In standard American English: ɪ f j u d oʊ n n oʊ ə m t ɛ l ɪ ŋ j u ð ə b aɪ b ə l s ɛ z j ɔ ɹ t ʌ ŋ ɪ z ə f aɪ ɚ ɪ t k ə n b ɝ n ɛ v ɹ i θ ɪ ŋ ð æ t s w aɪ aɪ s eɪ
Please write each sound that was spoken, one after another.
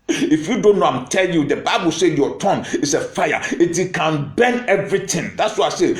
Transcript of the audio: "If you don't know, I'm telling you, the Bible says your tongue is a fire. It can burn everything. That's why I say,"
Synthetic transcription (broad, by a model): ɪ f j u d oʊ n n oʊ ə m t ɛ l j u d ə b aɪ b ə l s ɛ j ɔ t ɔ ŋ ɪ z ə f aɪ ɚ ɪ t k ə n b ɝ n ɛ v ɹ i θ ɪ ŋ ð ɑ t s w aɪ aɪ s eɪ